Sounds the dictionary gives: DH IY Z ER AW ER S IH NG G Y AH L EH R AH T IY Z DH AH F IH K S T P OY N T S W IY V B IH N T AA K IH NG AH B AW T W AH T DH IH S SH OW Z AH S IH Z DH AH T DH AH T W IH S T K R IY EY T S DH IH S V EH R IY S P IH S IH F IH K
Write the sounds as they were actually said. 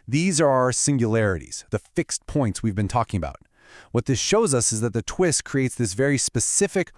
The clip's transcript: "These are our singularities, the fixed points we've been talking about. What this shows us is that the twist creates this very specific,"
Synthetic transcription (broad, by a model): DH IY Z ER AW ER S IH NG Y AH L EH R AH T IY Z DH AH F IH K S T P OY N T S W IY V B IH N T AA K IH NG AH B AW T W AH T DH IH S SH OW Z AH S IH Z DH AH T DH AH T W IH S T K R IY EY T S DH IH S V EH R IY S P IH S IH F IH K